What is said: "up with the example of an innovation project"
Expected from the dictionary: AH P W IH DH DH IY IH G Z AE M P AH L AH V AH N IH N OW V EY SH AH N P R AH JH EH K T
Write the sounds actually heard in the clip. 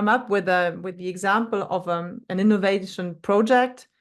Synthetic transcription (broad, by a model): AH P W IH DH DH IY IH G Z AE M P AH L AH V AH N IH N OW V EY SH AH N P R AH JH EH K T